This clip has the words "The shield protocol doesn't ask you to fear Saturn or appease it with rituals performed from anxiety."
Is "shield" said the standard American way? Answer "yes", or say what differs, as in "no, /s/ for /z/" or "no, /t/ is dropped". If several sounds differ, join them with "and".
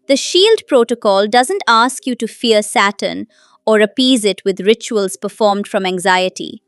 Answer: yes